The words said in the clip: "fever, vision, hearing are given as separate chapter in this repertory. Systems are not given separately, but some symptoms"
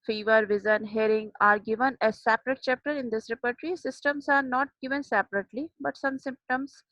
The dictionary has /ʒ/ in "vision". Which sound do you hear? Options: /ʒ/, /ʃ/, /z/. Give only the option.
/z/